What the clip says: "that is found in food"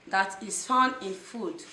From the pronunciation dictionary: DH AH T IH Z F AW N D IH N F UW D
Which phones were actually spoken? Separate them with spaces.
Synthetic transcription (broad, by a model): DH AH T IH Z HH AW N IH N F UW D